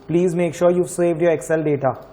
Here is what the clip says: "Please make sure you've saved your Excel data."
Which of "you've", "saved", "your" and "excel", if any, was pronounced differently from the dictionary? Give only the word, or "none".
none